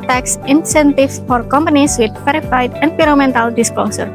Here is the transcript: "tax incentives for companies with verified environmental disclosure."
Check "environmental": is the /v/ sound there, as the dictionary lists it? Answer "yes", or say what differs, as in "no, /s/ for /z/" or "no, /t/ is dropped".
no, /p/ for /v/